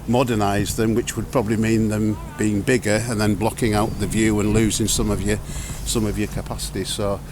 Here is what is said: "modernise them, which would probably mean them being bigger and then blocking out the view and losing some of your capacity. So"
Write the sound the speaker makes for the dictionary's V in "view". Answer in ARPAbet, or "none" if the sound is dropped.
V